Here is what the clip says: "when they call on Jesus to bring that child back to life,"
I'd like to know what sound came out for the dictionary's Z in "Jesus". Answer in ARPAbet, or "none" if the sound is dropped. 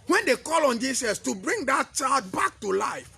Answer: S